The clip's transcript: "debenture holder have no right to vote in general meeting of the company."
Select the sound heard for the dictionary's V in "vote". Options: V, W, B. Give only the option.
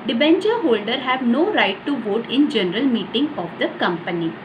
V